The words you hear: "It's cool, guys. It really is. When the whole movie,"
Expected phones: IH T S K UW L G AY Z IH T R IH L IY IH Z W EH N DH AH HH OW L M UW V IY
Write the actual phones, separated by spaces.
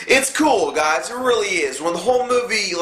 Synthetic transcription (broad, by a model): IH T S K UW L G AY Z IH T R IH L IY IH Z W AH N DH AH HH OW L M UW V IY